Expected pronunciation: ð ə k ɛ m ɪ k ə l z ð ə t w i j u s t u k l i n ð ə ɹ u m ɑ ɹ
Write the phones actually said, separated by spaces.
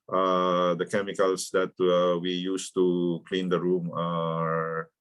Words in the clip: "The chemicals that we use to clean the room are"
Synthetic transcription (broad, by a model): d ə k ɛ m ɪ k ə l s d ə t w i j u s t u k l i n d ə ɹ u m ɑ ɹ